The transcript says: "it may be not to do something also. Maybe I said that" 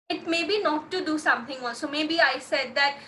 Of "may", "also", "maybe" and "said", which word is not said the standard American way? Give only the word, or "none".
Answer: also